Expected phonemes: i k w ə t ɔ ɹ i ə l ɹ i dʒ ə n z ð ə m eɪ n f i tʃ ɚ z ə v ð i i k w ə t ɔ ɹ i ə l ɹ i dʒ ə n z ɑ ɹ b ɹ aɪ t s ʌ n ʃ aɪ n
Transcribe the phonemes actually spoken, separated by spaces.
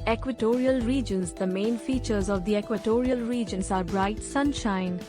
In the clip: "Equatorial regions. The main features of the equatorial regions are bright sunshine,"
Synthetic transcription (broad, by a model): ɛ k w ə t ɔ ɹ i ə l ɹ i dʒ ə n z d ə m eɪ n f i tʃ ɚ z ə v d i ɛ k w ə t ɔ ɹ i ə l ɹ i dʒ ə n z ɑ ɹ b ɹ aɪ t s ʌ n ʃ aɪ n